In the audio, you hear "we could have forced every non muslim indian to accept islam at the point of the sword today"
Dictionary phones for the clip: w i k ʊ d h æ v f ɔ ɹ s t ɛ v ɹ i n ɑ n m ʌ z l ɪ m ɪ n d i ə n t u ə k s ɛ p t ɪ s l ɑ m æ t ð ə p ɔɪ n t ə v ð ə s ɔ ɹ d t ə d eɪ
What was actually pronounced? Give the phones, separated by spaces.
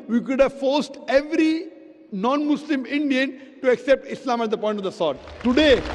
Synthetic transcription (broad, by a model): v i k ʊ d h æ v f ɔ ɹ s t ɛ v ɹ i n ɑ n m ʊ s l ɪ m ɪ n d i ə n t u ə k s ɛ p t ɪ s l ɑ m æ t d ə p ɔɪ n t ə v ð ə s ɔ ɹ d t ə d eɪ